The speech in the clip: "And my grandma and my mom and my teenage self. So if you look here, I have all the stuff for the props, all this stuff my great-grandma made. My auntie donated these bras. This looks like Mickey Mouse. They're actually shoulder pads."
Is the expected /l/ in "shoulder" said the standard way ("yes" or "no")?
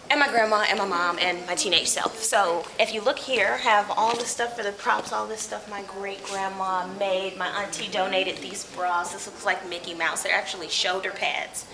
no